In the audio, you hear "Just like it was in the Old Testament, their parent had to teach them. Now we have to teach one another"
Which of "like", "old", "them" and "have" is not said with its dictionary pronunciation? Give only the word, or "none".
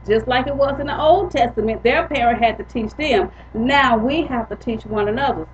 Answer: have